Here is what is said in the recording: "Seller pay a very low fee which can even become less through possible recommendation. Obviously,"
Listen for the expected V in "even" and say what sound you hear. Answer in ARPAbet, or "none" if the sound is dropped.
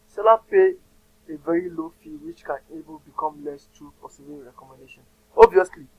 B